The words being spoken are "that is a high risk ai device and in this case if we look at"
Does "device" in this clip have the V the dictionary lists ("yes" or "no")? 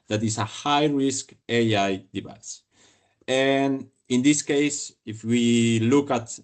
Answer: no